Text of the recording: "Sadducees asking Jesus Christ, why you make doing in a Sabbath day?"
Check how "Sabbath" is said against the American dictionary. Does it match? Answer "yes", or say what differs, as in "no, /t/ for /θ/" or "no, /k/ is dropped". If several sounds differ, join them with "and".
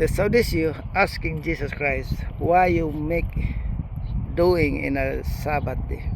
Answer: no, /t/ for /θ/